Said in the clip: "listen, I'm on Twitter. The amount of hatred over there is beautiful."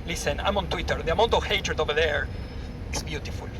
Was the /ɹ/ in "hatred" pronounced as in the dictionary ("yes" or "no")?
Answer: yes